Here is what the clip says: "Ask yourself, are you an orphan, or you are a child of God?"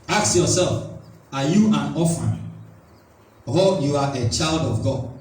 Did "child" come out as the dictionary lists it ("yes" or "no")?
yes